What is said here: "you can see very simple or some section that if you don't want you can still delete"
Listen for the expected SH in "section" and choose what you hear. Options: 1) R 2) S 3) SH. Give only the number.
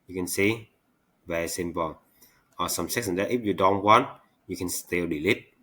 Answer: 2